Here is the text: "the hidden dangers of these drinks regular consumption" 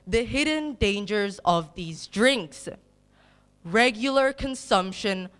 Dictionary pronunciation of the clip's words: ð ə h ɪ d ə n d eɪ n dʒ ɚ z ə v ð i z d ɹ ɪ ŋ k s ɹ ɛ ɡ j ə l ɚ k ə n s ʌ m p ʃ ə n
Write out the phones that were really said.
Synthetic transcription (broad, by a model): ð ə h ɪ d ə n d eɪ n dʒ ɚ z ə v ð i z d ɹ ɪ ŋ k s ɹ ɛ ɡ j l ɚ k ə n s ʌ m p ʃ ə n